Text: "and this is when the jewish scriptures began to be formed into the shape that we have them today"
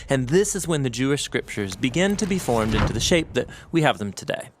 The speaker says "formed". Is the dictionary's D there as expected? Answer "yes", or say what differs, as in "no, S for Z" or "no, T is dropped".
yes